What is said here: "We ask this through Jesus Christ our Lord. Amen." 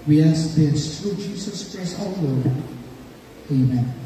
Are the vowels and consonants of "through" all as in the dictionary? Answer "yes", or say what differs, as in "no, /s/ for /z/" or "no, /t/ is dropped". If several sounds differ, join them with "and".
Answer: no, /t/ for /θ/